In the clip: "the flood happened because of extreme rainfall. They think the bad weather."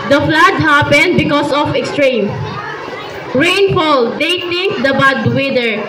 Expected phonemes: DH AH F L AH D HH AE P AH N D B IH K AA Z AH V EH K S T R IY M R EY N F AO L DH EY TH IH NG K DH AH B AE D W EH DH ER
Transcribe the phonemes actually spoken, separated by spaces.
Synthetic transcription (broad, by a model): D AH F L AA D HH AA P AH N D B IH K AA S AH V EH K S T R IY M R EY N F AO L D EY T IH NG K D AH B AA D W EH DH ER